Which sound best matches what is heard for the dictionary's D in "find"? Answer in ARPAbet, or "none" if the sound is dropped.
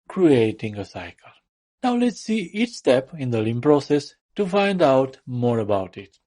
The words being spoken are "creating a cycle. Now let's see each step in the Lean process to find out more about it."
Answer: D